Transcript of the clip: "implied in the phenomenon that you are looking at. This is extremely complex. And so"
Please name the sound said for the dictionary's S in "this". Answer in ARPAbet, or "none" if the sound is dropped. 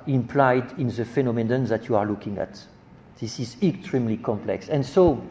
S